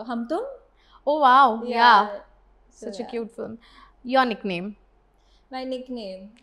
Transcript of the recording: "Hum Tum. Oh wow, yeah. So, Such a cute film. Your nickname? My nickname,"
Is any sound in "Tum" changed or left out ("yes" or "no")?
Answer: yes